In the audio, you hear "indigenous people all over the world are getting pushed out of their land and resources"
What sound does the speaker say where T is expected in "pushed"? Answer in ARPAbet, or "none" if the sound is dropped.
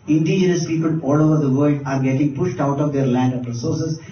T